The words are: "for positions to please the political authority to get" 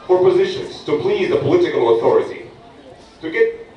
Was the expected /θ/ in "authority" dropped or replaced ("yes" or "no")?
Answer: no